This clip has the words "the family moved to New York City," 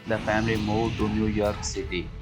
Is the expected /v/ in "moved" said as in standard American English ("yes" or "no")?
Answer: no